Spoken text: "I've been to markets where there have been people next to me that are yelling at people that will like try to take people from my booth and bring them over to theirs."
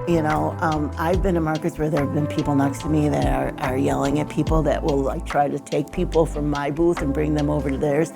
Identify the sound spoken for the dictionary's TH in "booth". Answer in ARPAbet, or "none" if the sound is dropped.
TH